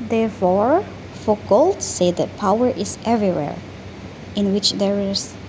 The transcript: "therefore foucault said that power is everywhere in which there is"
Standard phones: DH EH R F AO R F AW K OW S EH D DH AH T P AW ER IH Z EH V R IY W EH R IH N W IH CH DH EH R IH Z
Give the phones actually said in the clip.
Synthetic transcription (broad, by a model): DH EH R F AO R F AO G OW S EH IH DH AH T P AW ER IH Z EH V R IY W EH R IH N W IH CH DH EH R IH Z